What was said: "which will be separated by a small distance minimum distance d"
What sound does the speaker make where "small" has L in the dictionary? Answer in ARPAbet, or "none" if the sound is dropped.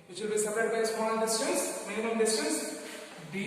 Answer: N